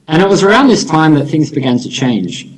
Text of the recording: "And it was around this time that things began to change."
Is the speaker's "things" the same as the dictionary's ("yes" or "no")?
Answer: yes